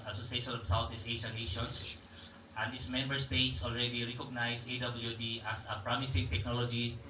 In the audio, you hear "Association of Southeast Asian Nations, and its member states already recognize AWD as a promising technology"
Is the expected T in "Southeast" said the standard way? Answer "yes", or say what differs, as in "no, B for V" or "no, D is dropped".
no, T is dropped